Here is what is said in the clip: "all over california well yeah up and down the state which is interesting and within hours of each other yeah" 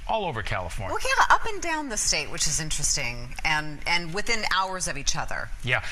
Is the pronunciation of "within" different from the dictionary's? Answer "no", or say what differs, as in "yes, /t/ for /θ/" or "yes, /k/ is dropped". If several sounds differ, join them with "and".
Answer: no